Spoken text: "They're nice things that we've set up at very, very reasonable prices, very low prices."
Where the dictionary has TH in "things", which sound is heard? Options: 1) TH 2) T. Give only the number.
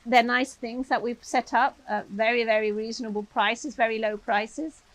1